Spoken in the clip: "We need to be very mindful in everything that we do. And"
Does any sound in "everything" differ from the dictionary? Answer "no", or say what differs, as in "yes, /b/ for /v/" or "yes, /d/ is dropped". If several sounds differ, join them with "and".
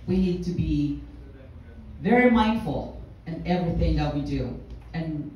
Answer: no